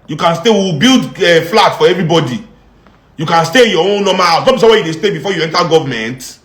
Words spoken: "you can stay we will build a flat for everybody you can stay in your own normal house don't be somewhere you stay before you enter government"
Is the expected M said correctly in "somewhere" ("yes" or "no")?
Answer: no